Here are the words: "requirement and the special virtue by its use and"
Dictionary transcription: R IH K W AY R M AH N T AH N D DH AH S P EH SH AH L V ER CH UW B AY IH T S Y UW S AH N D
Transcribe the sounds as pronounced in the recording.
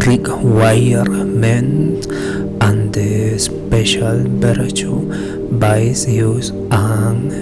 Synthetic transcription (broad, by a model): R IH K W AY R M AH N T AH N D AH S P EH SH AH L B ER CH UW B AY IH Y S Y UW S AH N